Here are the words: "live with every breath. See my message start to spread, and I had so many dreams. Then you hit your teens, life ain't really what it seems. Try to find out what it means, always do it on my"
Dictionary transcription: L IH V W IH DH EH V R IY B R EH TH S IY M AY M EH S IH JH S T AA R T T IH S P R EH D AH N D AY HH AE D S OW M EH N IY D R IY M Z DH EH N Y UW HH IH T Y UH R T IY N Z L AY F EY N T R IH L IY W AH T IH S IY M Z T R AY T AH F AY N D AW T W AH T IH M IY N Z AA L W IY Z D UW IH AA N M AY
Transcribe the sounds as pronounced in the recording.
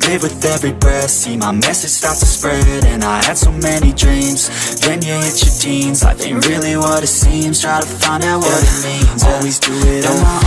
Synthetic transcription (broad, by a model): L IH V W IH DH EH V R IY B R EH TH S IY M AY M EH S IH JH S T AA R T T IH S P R EH D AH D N AY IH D S OW M EH N IY D R IY M Z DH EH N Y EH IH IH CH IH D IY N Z AY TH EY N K R IH L IY W AH T IH S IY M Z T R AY T AH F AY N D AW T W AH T IH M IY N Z AA L W IY Z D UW IH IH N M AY